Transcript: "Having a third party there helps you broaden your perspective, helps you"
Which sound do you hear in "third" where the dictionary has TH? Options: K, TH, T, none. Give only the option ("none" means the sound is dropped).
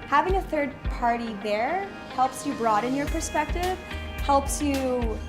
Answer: TH